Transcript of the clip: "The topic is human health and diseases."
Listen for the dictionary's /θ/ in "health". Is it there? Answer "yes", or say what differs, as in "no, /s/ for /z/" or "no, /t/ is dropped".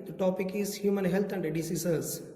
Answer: no, /t/ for /θ/